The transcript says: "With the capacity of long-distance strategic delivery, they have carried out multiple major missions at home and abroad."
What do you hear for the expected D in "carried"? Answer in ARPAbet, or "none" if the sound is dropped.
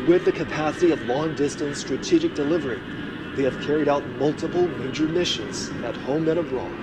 D